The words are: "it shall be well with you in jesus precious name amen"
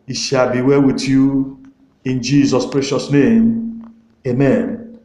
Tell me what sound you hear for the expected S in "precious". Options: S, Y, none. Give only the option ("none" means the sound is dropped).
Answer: S